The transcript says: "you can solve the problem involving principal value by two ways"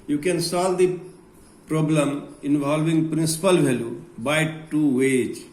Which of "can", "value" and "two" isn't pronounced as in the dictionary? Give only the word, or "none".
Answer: value